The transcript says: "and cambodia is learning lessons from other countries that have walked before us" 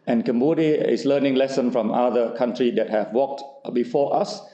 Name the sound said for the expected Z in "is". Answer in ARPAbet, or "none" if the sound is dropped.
S